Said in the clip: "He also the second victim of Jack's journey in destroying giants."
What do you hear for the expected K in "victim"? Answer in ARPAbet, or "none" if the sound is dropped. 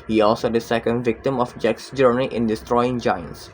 K